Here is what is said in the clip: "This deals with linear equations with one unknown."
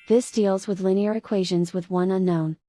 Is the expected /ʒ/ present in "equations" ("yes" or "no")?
yes